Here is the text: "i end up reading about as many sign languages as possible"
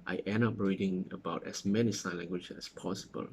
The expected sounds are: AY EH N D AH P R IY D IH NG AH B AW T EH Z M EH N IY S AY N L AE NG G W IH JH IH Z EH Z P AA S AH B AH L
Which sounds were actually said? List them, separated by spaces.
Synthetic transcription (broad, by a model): AY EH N AH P R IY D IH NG AH B AW T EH S M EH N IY S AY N L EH NG G W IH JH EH S P AA S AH B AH L